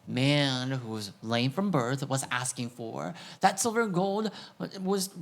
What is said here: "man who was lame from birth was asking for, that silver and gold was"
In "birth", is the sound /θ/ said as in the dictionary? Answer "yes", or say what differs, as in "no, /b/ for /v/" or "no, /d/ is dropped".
yes